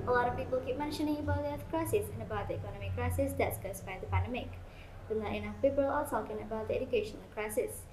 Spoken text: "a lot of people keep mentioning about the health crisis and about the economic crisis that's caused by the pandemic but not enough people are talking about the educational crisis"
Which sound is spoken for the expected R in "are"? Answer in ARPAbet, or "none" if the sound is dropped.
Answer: L